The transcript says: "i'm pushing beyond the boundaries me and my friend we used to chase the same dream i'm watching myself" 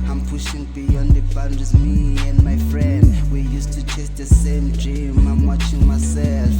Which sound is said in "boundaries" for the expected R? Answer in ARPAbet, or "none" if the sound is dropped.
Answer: none